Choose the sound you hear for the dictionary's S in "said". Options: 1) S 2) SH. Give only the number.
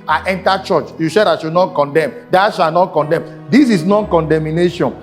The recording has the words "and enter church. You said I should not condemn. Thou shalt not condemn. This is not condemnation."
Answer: 2